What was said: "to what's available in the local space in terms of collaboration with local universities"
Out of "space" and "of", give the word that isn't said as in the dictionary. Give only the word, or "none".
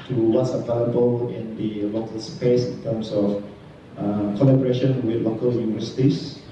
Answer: of